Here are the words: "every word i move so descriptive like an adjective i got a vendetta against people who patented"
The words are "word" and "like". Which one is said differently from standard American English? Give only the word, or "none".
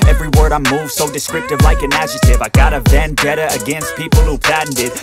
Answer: none